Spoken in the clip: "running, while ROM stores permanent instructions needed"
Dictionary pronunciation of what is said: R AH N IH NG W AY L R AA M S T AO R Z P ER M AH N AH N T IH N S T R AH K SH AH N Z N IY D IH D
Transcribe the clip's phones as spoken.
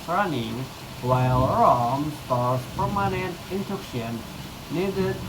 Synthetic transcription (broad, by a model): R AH N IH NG W AY L R AA M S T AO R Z P ER M AH N AH N T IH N T AH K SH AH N N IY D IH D